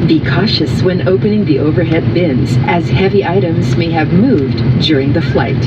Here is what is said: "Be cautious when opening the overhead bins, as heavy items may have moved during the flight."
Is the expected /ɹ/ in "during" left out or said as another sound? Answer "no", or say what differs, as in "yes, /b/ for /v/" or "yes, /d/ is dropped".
no